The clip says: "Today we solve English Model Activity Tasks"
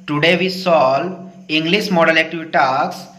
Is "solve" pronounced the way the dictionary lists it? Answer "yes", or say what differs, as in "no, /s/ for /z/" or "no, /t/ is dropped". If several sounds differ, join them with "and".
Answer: no, /v/ is dropped